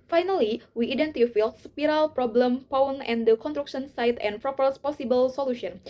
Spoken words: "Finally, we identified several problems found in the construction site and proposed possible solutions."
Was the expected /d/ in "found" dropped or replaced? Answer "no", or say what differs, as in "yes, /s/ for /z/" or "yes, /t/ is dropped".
yes, /d/ is dropped